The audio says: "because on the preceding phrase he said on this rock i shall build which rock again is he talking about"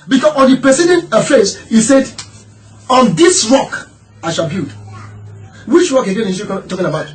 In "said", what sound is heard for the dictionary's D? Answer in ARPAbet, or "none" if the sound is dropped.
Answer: D